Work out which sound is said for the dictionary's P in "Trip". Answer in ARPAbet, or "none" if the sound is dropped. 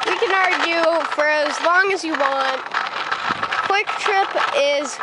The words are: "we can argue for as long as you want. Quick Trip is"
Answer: P